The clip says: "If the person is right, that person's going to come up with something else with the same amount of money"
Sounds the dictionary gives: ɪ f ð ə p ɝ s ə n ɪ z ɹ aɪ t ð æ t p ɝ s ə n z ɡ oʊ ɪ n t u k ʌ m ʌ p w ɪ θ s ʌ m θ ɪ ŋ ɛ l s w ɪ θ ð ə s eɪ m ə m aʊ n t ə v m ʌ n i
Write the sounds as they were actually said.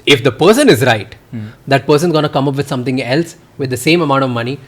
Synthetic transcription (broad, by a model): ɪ f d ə p ɝ s ə n ɪ z ɹ aɪ t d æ t p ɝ s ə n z ɡ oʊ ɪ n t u k ʌ m ʌ p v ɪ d s ʌ m t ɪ ŋ ɛ l s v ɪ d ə s eɪ m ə m aʊ n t ə v m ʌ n i